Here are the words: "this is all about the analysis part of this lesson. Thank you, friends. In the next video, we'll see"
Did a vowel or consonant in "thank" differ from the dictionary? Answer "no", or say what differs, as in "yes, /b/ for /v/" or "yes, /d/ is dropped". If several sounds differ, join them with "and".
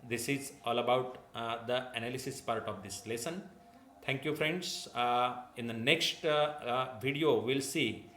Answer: yes, /t/ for /θ/